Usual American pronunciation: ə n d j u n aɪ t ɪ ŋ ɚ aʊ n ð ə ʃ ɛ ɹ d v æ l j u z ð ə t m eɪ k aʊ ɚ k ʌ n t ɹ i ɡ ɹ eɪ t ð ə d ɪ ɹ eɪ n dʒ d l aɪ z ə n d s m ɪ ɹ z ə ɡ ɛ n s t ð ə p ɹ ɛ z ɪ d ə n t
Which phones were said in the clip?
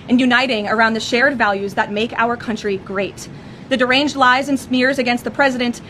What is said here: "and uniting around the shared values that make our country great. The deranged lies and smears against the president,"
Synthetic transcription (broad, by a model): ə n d j u n aɪ t ɪ ŋ ɚ aʊ n ð ə ʃ ɛ ɹ d v æ l j u z ð ə t m eɪ k aʊ ɚ k ʌ n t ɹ i ɡ ɹ eɪ t ð ə d ɪ ɹ eɪ n dʒ d l aɪ z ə n s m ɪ ɹ z ə ɡ ɛ n s t ð ə p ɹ ɛ z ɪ d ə n t